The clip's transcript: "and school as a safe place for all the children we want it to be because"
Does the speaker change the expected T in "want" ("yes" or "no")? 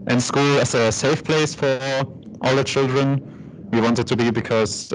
no